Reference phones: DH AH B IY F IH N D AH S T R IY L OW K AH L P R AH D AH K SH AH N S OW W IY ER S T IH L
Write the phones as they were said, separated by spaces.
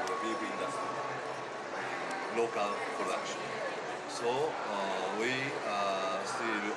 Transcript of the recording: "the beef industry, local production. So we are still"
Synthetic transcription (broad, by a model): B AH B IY IH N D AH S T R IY L OW K AH L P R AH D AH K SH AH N S OW W IY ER S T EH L